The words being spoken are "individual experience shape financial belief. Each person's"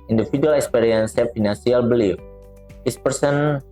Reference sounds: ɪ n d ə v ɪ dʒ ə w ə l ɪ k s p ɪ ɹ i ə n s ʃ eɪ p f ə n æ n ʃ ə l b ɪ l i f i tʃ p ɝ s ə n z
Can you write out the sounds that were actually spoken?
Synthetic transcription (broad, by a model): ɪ n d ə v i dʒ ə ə l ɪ k s p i ɹ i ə n s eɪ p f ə n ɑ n s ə l b ɪ l i f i s p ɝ s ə n